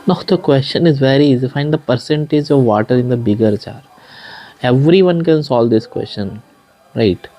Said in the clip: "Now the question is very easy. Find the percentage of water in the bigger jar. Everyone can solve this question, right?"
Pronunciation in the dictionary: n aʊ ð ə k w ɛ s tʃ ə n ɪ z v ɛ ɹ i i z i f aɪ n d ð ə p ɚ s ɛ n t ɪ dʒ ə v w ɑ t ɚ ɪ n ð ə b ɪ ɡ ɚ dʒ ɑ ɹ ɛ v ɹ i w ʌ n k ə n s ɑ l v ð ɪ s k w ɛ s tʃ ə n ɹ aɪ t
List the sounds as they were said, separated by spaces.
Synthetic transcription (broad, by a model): n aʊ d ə k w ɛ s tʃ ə n ɪ z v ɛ ɹ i i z f aɪ n d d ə p ɚ s ɛ n t ɪ dʒ ə v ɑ t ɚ ɪ n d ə b ɪ ɡ ɚ tʃ ɑ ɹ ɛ v ɹ i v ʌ n k ə n s ɑ l v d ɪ s k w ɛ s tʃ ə n ɹ aɪ t